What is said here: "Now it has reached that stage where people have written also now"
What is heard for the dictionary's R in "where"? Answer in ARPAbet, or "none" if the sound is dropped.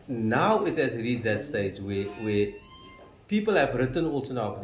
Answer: W